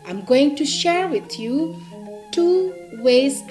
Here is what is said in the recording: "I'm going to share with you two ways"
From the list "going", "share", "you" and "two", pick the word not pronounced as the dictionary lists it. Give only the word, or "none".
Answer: none